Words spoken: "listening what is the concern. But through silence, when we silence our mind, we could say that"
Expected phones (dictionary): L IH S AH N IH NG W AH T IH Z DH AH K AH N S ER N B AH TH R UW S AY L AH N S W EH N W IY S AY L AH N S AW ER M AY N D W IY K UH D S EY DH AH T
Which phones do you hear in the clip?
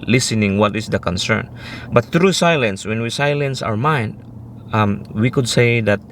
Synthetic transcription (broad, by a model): L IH S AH N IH NG W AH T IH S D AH K AH N S ER N B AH T R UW S AY L AH N S W EH N W IY S AY L AH N S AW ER M AY N D W IY K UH D S EY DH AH T